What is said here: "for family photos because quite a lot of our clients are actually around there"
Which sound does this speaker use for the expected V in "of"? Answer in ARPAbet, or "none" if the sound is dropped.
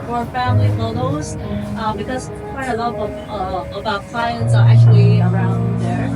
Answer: B